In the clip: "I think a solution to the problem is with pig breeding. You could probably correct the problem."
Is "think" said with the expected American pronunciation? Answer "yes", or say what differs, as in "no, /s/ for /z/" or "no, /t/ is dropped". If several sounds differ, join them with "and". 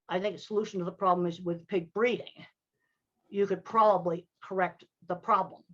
yes